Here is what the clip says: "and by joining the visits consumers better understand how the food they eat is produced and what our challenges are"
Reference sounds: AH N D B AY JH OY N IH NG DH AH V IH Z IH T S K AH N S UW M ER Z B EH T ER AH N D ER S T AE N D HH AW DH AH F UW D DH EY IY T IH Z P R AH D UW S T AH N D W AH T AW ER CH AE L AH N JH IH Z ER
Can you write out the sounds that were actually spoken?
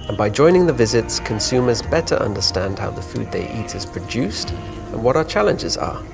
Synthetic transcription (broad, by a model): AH N B AY JH OY N IH NG DH AH V IH Z IH T S K AH N S UW M ER Z B EH T ER AH N D ER S T AE N D HH AW DH AH F UW D DH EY IY T IH Z P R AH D UW S T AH N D W AH T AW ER CH AE L AH N JH IH Z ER